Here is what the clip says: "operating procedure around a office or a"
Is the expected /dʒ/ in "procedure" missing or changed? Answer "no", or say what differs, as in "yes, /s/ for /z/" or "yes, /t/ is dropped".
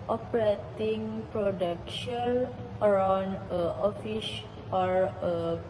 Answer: yes, /ʃ/ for /dʒ/